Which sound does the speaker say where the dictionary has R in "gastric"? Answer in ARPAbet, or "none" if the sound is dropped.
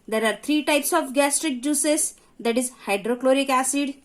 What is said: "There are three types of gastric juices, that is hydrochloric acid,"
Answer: R